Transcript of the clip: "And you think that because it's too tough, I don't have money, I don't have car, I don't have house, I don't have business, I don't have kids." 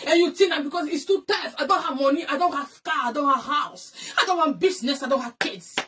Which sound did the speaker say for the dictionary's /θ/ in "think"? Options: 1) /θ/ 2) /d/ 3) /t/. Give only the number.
3